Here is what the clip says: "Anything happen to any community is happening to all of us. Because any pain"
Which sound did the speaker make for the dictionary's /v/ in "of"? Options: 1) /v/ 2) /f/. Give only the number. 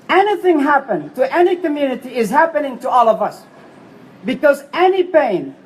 1